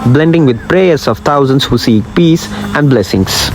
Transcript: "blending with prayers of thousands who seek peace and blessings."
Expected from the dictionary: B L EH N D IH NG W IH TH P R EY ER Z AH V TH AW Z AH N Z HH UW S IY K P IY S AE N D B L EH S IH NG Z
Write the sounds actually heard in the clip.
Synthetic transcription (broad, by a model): B L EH N D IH NG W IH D P R EY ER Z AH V T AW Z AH N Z HH UW S IY K P IY S AE N D B L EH S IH NG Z